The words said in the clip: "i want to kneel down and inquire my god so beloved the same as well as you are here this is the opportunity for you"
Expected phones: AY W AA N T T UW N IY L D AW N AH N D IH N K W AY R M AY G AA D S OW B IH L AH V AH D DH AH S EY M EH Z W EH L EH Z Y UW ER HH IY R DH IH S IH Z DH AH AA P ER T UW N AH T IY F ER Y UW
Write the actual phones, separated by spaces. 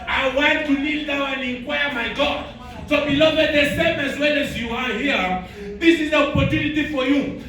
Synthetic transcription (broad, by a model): AY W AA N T T UW L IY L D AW AH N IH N K W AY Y M AY G AA D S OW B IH L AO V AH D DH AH S EY M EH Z W EH L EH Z Y UW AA HH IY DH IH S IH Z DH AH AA P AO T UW N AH T IY F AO Y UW